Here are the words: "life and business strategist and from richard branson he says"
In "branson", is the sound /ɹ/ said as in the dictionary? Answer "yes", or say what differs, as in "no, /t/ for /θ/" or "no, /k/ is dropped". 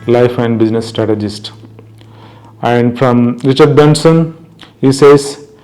no, /ɹ/ is dropped